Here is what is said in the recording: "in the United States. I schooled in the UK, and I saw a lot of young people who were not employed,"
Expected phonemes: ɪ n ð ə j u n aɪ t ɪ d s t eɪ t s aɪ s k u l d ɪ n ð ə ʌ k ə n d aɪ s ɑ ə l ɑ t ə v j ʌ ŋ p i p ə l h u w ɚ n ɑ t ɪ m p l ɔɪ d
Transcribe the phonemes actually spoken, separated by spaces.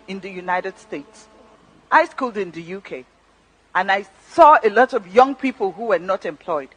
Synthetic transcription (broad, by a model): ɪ n ð ə j u n aɪ t ɪ d s t eɪ t s aɪ s k u l d ɪ n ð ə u k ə n aɪ s ɑ ə l ɑ t ə v j ʌ ŋ p i p ə l h u w ɚ n ɑ t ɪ m p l ɔɪ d